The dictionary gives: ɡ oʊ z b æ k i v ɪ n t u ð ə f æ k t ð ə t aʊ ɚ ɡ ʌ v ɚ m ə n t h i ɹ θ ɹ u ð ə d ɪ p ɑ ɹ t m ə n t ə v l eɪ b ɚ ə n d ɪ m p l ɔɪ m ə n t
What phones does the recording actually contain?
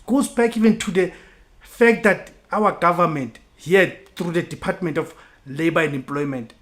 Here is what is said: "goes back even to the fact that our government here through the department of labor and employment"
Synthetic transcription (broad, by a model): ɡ oʊ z b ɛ k i v ɪ n t u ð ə f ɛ k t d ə t aʊ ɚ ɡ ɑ v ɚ m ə n t h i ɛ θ ɹ u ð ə d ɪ p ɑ t m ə n t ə f l eɪ b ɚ ə n d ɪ m p l ɔɪ m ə n t